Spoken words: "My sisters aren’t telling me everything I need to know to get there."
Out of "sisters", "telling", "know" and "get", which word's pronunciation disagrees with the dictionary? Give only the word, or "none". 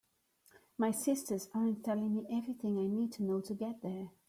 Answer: none